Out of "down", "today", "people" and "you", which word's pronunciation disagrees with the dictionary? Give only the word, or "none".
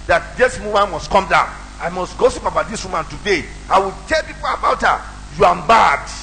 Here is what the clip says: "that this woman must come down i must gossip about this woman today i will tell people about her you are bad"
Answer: down